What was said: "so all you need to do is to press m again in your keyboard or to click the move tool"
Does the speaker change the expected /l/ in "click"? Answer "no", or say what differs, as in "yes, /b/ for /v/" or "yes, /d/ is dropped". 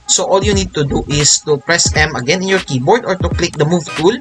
no